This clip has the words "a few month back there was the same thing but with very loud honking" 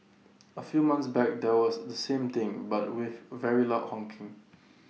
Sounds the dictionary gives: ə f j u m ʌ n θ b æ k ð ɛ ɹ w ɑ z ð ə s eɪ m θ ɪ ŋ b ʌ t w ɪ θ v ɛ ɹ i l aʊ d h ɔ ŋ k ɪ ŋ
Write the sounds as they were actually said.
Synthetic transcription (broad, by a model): ə f j u m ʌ n s b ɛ k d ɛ w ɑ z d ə s eɪ m t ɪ ŋ b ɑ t w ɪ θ v ɛ ɹ i l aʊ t h ɔ ŋ k ɪ ŋ